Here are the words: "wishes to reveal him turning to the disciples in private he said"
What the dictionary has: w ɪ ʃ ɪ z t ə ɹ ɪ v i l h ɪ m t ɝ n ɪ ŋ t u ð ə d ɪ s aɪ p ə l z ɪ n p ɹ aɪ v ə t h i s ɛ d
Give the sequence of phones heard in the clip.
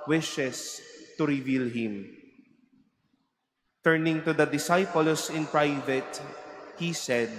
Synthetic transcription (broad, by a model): w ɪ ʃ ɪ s t ə ɹ ɪ v i l h ɪ m t ɝ n ɪ ŋ t u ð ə d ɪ s aɪ p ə l s ɪ n p ɹ aɪ v ə t h i s ɛ d